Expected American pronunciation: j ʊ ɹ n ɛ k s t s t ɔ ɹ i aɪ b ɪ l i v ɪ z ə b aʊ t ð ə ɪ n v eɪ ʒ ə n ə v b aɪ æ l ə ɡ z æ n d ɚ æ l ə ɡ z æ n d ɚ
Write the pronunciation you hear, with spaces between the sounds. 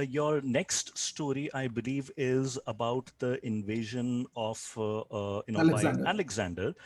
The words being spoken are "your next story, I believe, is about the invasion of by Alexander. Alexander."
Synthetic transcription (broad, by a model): j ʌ ɹ n ɛ k s t s t ɔ ɹ i aɪ b ɪ l i v ɪ z ə b aʊ t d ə ɪ n v eɪ ʒ ə n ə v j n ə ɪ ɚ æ l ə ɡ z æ n d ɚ